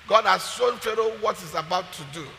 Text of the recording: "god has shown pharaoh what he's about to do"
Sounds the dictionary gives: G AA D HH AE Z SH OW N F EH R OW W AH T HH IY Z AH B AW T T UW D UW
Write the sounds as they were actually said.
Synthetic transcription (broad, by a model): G AA D HH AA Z S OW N F EH R OW W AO T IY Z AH B AW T T UW D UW